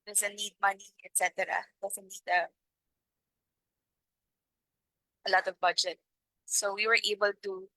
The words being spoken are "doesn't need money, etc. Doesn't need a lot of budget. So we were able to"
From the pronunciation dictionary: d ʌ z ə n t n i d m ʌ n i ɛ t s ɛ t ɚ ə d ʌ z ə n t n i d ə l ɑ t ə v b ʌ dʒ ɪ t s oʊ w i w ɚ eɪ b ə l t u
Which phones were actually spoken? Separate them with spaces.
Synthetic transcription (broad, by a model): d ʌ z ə n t n i d m ʌ n i ɛ t s ɛ t ɚ ə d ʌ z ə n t n i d ə l ɑ t ə v b ʌ dʒ ɪ t s oʊ w i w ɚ eɪ b ə l t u